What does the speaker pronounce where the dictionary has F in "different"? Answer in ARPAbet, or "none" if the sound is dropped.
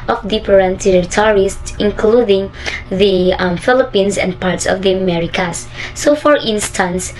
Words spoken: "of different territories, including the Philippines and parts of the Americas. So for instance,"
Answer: P